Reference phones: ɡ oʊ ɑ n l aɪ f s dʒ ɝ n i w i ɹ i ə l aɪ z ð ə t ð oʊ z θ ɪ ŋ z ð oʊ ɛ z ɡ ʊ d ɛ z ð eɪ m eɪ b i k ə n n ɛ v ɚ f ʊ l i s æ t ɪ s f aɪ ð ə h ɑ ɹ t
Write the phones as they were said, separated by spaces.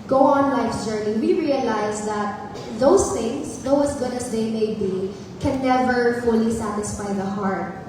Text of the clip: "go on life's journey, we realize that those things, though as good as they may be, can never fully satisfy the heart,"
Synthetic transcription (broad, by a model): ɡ oʊ ɑ n l aɪ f dʒ ɝ n i w i ɹ i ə l aɪ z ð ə t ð oʊ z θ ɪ ŋ s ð oʊ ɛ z ɡ ʊ d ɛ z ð eɪ m eɪ b i k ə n n ɛ v ɚ f ʊ l i s æ t ɪ s f aɪ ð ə h ɑ ɹ t